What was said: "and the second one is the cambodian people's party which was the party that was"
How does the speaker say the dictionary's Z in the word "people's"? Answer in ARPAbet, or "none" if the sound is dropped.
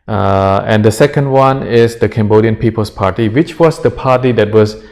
S